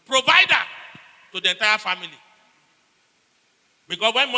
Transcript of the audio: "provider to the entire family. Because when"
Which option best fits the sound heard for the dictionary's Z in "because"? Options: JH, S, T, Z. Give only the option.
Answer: S